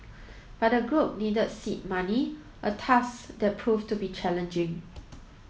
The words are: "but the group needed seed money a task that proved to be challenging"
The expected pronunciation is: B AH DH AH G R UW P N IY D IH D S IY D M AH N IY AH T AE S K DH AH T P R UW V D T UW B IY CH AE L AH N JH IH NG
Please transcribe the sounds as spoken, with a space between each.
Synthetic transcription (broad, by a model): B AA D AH G R UW P N IY D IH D S IY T M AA N IY AH T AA S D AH T P R UW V T UW B IY CH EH L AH N JH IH NG